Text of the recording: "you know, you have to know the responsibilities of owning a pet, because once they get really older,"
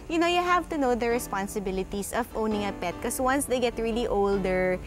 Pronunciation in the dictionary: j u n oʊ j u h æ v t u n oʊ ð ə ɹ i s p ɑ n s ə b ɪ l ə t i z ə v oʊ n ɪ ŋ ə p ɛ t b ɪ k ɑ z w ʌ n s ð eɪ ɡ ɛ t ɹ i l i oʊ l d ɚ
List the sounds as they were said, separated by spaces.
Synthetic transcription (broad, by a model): j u n oʊ j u h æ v t u n oʊ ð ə ɹ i s p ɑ n s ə b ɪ l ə t i s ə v oʊ n ɪ ŋ ə p ɛ t k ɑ s w ʌ n s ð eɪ ɡ ɛ t ɹ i l i oʊ l d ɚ